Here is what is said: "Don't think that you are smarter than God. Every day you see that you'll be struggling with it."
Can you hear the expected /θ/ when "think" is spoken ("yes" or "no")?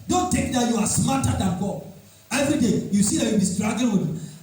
no